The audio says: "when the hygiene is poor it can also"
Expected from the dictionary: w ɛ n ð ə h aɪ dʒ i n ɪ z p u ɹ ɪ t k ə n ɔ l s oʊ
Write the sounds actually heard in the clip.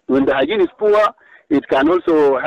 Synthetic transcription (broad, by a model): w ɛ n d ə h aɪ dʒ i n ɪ s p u w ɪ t k ə n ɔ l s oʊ